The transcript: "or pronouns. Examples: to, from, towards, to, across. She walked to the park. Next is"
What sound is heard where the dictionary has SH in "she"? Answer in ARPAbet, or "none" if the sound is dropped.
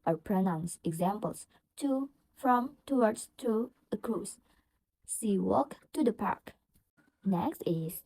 S